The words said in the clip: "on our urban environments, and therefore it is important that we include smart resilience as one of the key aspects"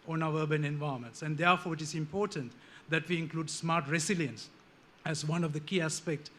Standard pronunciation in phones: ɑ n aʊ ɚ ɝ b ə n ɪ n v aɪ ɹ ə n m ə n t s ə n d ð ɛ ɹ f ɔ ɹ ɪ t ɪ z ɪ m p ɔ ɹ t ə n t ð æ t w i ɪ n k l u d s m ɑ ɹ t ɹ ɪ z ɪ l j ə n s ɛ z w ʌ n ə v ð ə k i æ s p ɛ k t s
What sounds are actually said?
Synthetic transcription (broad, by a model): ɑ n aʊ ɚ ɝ b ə n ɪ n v aɪ ə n m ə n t s ə n d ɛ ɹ f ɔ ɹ ɪ t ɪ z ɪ m p ɔ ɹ t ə n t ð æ t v i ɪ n k l u d s m ɑ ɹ t ɹ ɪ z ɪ l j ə n s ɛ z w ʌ n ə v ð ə k i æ s p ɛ k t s